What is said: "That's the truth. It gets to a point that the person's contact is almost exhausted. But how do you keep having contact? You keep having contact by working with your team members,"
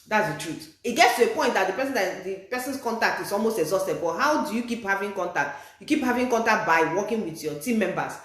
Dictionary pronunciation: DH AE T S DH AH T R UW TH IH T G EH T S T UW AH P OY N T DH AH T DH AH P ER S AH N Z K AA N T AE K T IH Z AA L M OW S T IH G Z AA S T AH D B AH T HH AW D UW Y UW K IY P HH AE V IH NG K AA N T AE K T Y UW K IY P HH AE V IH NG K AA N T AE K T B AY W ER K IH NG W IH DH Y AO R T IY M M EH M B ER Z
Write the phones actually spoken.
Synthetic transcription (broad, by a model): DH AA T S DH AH T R UW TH IH T G EH T S T UW AH P OY N T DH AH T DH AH P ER S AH N S K AA N T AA K T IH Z AA L M OW S T IH G Z AA S T AH D B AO T HH AW D UW Y UW K IY P HH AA V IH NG K AA N T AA K T Y UW K IY P HH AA V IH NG K AA N T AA K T B AY W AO K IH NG W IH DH Y AO T IY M M EH M B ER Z